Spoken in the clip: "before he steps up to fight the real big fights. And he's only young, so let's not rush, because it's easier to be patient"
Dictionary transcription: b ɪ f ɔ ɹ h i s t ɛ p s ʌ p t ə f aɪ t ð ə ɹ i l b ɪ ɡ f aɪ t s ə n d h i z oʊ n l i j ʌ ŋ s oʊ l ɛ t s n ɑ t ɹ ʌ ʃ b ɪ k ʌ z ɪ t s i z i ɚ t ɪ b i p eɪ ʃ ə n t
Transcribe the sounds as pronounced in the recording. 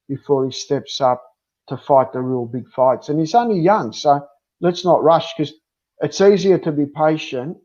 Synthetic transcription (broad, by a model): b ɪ f ɔ ɹ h i s t ɛ p s ʌ p t ə f aɪ t ð ə ɹ i l b ɪ ɡ f aɪ t s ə n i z oʊ n l i j ʌ ŋ s oʊ l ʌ t s n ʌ t ɹ ʌ ʃ k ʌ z ɪ t s i z i ɚ t ɪ b i p eɪ ʃ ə n t